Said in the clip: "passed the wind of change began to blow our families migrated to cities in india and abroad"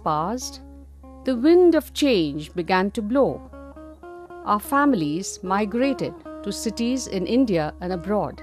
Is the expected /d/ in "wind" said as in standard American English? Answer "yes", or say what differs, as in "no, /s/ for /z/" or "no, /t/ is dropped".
yes